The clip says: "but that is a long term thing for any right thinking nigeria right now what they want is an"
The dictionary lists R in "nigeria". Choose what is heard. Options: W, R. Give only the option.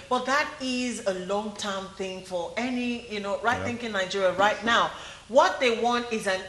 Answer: R